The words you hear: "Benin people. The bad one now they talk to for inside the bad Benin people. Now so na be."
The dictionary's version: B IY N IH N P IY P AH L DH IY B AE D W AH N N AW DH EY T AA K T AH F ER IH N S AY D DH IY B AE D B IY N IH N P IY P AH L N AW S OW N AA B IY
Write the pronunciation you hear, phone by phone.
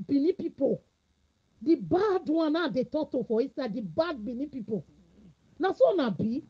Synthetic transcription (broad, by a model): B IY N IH P IY P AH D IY B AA D W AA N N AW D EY T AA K T AH F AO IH S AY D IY B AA D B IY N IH P IY P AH N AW S OW N AA B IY